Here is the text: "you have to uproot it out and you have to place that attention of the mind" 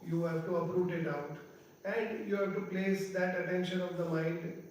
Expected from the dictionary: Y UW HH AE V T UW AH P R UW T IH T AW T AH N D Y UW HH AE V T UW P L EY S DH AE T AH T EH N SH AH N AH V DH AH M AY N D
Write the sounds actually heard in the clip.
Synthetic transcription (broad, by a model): Y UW HH AE V T UW AH P R UW T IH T AW T AH N D Y UW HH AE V T UW P L EY S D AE T AH T EH N SH AH N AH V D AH M AY N D